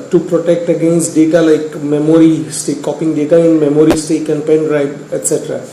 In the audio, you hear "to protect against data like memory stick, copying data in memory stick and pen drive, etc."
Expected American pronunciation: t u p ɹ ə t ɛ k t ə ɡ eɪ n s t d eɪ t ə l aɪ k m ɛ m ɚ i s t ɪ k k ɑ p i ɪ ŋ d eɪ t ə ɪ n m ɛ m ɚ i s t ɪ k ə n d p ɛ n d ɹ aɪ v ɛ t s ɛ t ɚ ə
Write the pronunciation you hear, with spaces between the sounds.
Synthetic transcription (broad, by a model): t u p ɹ ə t ɛ k t ə ɡ eɪ n s t d eɪ t ə l aɪ k m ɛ m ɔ i s t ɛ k k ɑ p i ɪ ŋ d eɪ t ə ɪ n m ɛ m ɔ i s t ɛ k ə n p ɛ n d ɹ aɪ b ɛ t s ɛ t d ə